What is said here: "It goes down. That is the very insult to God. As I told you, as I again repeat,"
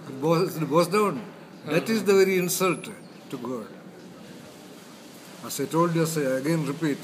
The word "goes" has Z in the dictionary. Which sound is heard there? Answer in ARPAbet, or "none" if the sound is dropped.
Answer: S